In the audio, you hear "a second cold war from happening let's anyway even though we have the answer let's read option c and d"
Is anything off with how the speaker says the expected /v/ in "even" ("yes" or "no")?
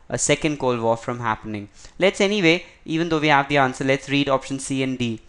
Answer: no